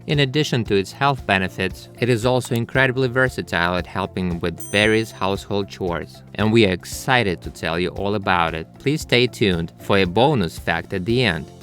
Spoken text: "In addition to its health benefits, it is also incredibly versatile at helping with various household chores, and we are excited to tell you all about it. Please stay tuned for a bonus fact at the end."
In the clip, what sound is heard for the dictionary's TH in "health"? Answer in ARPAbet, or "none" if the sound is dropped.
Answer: TH